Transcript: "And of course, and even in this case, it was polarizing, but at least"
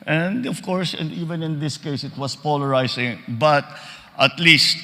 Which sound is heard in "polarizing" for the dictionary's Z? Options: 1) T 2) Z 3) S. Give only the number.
3